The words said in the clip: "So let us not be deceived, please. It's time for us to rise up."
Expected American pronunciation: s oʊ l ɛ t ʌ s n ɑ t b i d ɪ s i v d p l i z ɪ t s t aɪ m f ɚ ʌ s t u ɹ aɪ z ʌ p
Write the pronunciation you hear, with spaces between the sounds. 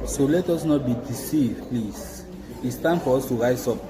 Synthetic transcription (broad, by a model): s oʊ l ɛ t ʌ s n ɑ t b i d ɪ s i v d p l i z ɪ t s t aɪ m f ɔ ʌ s t u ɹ aɪ s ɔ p